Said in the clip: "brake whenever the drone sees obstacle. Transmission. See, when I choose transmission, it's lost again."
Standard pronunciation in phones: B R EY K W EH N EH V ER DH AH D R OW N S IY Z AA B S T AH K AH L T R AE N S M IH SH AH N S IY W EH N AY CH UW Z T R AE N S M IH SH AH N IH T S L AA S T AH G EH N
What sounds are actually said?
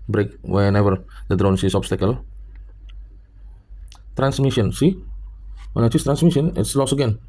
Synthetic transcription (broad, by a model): B R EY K W EH N EH V ER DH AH D R OW N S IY S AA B S T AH K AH L T R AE N S M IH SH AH N S IY W EH N AY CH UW S T R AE N S M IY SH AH N IH T S L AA S AH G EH N